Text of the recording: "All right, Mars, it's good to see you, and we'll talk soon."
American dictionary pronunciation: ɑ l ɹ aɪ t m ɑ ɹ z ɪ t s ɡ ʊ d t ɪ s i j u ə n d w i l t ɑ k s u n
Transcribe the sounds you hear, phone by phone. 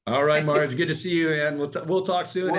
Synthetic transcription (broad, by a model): ɑ l ɹ aɪ t m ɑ ɹ ɪ t s ɡ ʊ d t ɪ s i j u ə n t w i l t ɑ k s u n